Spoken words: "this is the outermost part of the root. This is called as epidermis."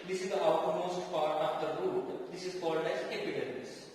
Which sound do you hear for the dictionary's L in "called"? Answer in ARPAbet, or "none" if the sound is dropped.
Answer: L